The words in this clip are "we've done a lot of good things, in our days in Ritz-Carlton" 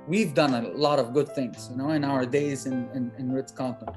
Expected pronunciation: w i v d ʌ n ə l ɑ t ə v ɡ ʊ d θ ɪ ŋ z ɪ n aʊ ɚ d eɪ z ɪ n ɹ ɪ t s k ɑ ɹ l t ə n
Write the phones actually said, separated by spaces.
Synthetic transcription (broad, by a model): w i v d ʌ n ə l ɑ t ə v ɡ ʊ d θ ɪ ŋ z ɪ n aʊ ɚ d eɪ z ɪ n ɹ ɪ t s k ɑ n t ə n